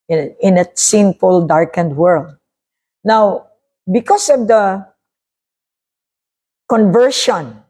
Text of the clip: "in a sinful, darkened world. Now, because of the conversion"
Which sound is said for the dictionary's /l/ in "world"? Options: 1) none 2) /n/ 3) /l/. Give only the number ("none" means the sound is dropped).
3